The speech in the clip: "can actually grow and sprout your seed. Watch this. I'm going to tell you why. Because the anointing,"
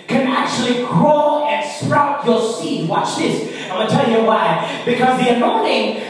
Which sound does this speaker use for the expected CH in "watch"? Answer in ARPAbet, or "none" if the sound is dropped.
CH